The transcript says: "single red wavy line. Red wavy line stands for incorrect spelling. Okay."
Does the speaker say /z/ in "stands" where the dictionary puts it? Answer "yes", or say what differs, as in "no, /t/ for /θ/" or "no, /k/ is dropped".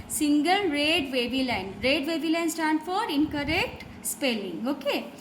no, /z/ is dropped